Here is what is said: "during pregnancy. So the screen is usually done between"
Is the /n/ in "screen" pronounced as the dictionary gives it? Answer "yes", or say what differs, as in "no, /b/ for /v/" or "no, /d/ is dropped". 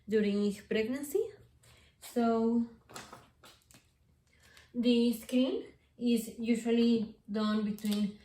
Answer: no, /l/ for /n/